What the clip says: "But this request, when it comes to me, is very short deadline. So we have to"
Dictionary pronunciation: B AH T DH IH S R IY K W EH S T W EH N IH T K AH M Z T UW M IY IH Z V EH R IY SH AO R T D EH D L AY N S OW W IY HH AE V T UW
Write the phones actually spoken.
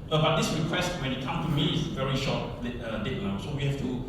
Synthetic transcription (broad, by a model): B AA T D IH S R IY K W EH S T W EH N IH T K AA M T UW M IY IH S V EH R IY SH AO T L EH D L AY S OW W IY HH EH F T UW